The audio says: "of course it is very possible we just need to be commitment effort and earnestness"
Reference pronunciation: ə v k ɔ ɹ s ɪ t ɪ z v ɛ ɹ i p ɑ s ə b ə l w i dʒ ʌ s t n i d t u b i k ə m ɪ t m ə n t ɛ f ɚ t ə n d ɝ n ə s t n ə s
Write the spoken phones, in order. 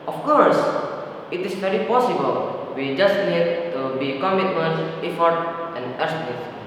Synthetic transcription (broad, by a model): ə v k ɔ ɹ s ɪ t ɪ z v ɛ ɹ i p ɑ s ə b ə l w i dʒ ʌ s t n i d t u b i k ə m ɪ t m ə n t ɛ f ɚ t ə n d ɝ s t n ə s